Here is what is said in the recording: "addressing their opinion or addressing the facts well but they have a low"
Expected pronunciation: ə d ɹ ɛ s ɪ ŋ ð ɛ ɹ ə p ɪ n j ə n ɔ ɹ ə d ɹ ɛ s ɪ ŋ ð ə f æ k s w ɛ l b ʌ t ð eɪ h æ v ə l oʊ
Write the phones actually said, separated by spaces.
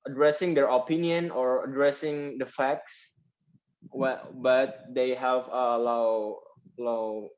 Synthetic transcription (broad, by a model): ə d ɹ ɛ s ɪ ŋ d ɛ ɹ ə p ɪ n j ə n ɔ ɹ ə d ɹ ɛ s ɪ ŋ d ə f æ k s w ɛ b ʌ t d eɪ h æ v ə l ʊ